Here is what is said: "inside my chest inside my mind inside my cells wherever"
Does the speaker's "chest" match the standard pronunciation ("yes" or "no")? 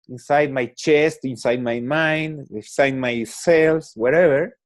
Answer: yes